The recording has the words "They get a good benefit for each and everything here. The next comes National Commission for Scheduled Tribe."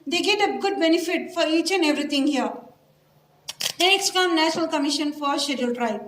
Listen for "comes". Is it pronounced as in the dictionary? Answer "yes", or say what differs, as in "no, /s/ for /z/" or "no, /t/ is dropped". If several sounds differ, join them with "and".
no, /z/ is dropped